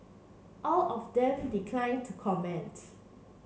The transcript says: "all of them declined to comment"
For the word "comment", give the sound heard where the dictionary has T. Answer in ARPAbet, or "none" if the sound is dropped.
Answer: T